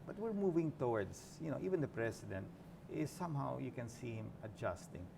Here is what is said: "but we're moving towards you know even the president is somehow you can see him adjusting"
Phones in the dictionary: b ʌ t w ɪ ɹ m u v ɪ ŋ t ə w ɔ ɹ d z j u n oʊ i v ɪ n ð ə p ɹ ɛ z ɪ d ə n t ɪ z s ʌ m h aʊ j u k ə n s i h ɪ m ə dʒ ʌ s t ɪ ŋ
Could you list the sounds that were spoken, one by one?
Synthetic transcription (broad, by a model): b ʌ t w ɪ ɹ m u v ɪ ŋ t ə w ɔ ɹ d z j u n oʊ i v ɪ n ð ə p ɹ ɛ s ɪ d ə n t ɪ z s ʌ m h aʊ j u k ə n s i h ɪ m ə dʒ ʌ s t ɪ ŋ